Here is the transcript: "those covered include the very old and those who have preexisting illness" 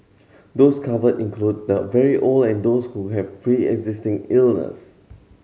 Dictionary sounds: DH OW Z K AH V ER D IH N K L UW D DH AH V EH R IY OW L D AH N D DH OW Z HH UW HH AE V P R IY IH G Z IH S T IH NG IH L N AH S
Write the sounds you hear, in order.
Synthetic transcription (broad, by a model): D OW S K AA V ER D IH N K L UW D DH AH V EH R IY OW L AH N D OW S HH UW HH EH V F R IY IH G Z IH S T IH NG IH L N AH S